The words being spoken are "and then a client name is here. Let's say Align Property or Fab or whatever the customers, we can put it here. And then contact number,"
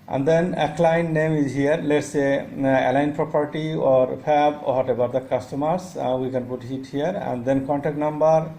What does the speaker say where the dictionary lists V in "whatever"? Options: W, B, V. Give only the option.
B